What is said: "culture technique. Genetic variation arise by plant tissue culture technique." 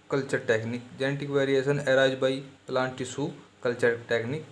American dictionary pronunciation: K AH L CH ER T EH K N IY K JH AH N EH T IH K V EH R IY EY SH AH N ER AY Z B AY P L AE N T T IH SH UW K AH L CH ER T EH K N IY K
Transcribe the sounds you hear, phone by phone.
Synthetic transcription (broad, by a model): K AH L CH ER T EH K N IY K JH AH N T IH K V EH R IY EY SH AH N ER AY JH B AY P L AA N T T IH S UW K AH L CH ER T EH K N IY K